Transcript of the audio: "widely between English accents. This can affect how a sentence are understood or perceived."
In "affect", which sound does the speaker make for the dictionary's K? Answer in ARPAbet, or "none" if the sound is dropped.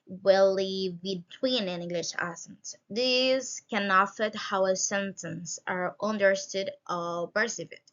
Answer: none